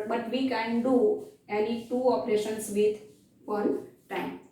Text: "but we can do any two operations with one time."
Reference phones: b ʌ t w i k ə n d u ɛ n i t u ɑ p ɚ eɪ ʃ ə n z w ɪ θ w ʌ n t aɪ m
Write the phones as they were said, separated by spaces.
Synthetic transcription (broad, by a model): b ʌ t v i k ə n d u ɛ l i t u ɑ p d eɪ ʃ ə n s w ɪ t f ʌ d t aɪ m